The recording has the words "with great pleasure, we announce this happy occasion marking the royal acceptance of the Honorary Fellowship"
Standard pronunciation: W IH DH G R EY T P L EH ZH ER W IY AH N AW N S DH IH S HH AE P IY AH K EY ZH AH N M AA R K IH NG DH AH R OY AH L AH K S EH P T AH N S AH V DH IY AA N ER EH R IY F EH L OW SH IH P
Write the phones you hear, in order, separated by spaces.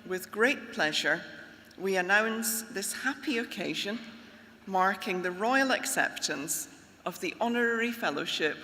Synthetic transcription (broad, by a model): W IH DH G R EY T P L EH ZH ER W IY AH N AW N S DH IH S HH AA P IY AH K EY ZH AH N M AA R K IH NG DH AH R OY AH L AH K S EH P T AH N S AH V DH IY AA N ER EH R IY F EH L OW SH IH P